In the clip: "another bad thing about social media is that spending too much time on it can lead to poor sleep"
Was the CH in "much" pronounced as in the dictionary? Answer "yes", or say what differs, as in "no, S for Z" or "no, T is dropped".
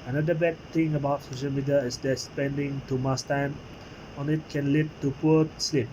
no, S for CH